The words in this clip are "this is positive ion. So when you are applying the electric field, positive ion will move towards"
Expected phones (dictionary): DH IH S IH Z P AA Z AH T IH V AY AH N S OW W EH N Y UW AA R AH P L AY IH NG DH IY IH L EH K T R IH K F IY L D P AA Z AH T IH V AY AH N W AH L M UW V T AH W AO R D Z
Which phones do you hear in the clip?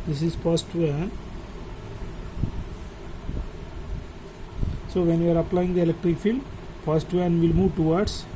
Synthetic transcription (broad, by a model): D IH S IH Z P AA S T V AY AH N S OW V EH N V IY AA R AH P L AY IH NG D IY IH L EH K T R IH K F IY L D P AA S T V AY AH N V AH L M UW V T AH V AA R D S